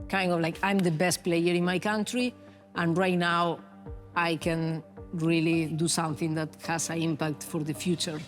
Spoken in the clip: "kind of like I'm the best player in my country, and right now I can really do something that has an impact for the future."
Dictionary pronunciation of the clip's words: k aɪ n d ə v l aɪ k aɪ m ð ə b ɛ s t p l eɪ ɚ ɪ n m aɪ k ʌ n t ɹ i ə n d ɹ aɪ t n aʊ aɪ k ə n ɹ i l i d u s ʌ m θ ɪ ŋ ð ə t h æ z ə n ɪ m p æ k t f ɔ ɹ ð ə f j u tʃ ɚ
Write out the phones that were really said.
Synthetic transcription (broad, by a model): k aɪ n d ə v l aɪ k aɪ m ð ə b ɛ s t p l eɪ ɚ ɪ n m aɪ k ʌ n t ɹ i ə n ɹ aɪ t n aʊ aɪ k ə n ɹ i l i d u s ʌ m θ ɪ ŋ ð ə t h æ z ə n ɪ m p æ k t f ɔ ɹ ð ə f j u tʃ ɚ